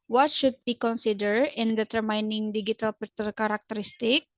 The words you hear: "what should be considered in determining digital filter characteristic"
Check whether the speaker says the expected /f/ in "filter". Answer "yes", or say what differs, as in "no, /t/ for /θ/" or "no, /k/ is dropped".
no, /p/ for /f/